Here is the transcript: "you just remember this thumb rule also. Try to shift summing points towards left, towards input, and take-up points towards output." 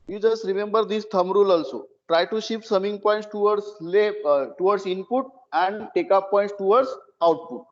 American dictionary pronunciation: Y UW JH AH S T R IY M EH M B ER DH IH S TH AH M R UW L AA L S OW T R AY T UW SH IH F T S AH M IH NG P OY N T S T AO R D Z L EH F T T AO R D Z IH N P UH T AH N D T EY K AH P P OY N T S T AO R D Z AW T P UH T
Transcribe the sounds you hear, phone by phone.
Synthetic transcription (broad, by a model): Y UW JH AH S T R IY M EH M B ER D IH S T AH M R UW L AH L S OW T R AY T UW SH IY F S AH M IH NG P OY N T S T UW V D S L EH T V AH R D S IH N P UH T AH N D T EY K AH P P OY N T S T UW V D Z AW T P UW T